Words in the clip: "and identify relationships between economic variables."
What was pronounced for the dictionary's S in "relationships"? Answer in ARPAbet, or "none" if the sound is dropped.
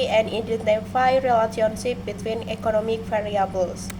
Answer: none